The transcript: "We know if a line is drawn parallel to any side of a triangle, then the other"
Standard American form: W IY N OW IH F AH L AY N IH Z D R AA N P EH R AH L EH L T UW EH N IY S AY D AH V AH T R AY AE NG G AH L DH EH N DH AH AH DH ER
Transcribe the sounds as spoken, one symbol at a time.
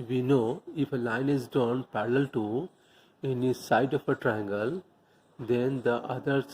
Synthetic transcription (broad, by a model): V IY N OW IH F AH L AY N IH Z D AA N P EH R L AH L T UW EH N IY S AY D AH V AH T R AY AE NG G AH L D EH N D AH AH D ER